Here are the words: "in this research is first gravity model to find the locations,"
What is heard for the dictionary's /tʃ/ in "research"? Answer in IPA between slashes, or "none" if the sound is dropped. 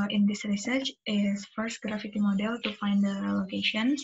/tʃ/